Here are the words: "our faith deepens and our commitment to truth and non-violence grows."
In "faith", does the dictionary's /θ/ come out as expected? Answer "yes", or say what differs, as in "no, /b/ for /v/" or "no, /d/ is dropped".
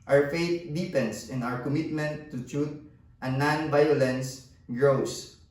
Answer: no, /t/ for /θ/